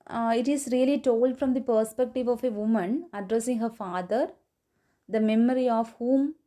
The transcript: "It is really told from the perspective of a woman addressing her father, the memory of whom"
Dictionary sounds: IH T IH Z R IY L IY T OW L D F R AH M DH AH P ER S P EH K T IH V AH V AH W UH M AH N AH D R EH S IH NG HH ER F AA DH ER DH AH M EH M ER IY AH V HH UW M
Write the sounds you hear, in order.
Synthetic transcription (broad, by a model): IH T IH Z R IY L IY T OW L D F R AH M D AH P ER S P EH K T IH V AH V AH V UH M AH N AH D R EH S IH NG HH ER F AA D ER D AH M EH M ER IY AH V HH UW M